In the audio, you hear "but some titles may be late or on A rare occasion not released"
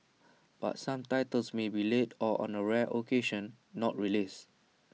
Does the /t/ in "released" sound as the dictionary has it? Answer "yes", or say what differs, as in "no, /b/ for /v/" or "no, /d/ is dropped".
no, /t/ is dropped